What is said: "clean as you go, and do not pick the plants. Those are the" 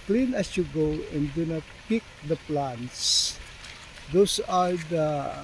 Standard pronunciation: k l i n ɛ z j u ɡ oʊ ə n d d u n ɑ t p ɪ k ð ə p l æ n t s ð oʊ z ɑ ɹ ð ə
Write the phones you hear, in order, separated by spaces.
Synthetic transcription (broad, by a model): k l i n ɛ s j u ɡ oʊ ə n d d u n ɑ t p ɪ k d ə p l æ n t s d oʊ s ɑ ɹ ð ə